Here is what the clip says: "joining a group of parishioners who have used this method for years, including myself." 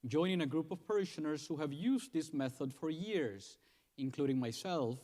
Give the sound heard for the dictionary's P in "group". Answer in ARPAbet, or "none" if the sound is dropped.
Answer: P